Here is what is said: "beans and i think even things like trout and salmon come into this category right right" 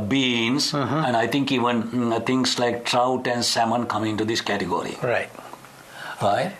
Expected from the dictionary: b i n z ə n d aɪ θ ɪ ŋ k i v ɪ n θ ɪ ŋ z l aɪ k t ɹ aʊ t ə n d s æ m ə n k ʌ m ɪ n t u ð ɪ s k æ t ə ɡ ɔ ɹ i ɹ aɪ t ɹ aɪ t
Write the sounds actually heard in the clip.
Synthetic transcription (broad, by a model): b i n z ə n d aɪ t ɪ ŋ k i v ɪ n t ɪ ŋ s l aɪ k t ɹ aʊ t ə n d s æ m ə n k ʌ m ɪ n t u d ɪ s k æ t ə ɡ ɔ ɹ i ɹ aɪ t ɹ aɪ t